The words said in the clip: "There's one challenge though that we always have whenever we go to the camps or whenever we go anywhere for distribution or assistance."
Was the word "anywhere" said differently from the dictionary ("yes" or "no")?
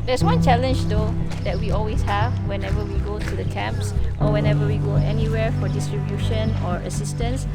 no